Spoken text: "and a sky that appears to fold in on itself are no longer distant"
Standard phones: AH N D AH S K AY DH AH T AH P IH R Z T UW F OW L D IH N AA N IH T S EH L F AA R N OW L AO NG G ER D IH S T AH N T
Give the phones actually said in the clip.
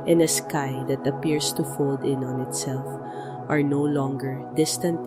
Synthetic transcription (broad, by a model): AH N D AH S K AY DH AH T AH P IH R S T UW F OW L D IH N AA N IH T S EH L F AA R N OW L AO NG G ER D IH S T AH N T